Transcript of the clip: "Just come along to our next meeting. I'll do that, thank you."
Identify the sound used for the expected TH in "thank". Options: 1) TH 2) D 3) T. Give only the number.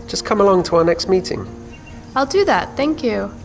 1